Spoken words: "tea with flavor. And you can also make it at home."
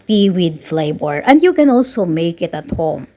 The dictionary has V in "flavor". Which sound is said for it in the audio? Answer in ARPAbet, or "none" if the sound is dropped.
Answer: B